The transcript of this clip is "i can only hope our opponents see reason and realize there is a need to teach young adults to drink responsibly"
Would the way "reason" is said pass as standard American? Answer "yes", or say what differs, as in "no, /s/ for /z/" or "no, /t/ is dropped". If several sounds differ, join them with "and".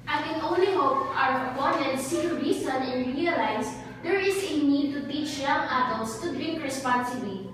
no, /s/ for /z/